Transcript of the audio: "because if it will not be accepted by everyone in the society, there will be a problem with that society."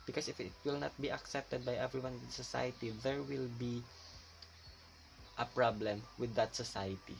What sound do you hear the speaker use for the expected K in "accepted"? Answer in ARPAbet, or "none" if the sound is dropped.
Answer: K